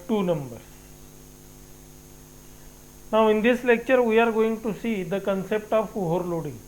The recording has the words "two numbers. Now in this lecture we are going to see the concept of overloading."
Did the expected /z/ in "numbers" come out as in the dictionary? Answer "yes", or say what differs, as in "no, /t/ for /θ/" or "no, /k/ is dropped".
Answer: no, /z/ is dropped